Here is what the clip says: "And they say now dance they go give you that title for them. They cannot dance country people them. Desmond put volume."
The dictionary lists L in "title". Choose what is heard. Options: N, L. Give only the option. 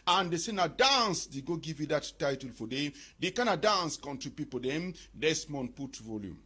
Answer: L